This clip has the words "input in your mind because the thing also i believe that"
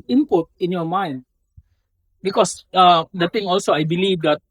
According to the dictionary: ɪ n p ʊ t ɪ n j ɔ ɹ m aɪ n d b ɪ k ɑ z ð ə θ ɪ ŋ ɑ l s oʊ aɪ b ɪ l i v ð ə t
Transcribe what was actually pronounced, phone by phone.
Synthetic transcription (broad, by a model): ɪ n p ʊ t ɪ n j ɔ m aɪ n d b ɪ k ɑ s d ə t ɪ ŋ ɑ l s oʊ aɪ b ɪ l i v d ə t